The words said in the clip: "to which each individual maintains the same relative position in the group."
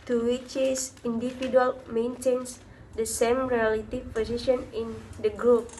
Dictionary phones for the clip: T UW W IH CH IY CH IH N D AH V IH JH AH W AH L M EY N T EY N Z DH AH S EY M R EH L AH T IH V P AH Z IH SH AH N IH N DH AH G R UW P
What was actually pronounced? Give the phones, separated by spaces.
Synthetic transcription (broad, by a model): T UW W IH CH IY S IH N D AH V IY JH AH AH L M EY N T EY N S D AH S EY M R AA L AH T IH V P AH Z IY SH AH N IH N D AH G R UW P